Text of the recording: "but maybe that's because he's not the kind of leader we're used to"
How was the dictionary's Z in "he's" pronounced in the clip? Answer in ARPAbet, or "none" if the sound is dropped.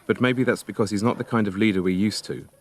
Z